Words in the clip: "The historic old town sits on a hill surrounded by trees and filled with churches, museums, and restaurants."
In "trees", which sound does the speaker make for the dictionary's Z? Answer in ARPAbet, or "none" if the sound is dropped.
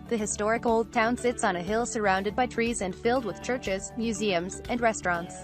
Z